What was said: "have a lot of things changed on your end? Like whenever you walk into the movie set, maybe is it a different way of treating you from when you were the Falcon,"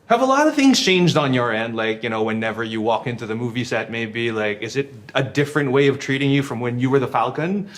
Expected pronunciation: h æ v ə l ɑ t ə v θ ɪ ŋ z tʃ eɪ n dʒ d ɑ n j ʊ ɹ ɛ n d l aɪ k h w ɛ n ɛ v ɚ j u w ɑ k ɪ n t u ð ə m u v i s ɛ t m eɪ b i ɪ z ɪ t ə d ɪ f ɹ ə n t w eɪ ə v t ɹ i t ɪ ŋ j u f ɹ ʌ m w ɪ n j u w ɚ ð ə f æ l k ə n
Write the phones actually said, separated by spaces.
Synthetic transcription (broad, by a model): h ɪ v ə l ɑ t ə v θ ɪ ŋ z tʃ eɪ n dʒ d n j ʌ ɹ ɛ n d l aɪ k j w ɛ n ɛ v ɚ j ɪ w ɑ k ɪ n t u ð ə m u v i s ɛ t m eɪ b i ɪ z ɪ t ə d ɪ f ɹ ə n t w eɪ ə v t ɹ i t ɪ ŋ j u f ɹ ʌ m w ɪ n j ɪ w ɚ ð ə f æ l k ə n